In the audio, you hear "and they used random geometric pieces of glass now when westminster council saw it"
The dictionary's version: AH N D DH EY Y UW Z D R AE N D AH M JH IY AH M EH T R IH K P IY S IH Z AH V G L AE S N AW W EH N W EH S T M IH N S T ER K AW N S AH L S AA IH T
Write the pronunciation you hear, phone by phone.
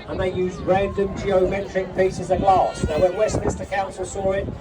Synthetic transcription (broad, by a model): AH N DH EY Y UW Z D R AE N D AH M JH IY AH M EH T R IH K P IY S IH Z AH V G L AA S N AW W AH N W EH S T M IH S T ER K AW N S AH L S AA IH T